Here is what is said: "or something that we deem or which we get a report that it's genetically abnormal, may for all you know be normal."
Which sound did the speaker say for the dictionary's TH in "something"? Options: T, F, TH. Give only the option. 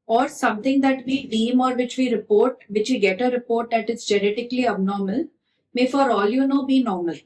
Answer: T